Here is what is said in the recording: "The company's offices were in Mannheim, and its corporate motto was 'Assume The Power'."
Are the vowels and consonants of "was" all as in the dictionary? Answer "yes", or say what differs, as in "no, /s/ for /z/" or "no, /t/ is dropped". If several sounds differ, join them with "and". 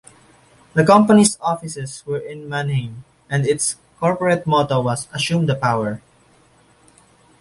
no, /s/ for /z/